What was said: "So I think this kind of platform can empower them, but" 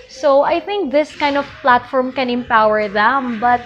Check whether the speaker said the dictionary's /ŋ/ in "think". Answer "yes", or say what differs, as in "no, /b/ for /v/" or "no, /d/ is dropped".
yes